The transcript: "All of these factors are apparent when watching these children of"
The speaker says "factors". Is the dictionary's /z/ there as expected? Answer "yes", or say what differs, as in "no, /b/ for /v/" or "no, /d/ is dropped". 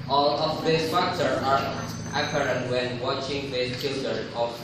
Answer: no, /z/ is dropped